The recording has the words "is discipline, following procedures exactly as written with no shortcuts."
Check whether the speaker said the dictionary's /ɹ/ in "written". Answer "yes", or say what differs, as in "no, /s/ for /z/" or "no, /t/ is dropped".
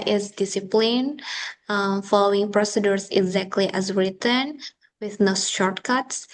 yes